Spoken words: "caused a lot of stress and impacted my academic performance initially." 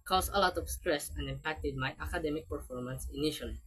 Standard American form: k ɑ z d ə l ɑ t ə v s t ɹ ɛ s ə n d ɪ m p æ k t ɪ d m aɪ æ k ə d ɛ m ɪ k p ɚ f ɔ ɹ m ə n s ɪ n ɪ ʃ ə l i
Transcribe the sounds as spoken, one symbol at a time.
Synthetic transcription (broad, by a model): k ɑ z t ə l ɑ t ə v s t ɹ ɛ s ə n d ɪ m p æ k t ɪ d m aɪ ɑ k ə d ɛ m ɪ k p ɚ f ɔ ɹ m ə n s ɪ n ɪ ʃ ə l i